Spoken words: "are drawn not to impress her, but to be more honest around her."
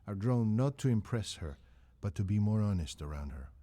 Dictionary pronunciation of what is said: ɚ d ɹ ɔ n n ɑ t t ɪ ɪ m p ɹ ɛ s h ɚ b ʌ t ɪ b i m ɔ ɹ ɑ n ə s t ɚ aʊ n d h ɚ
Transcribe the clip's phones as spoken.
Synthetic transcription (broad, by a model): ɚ d ɹ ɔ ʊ n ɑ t t ɪ ɪ m p ɹ ɛ s h ɚ b ʌ t ɪ b i m ɔ ɹ ɑ n ə s t ɚ aʊ n d h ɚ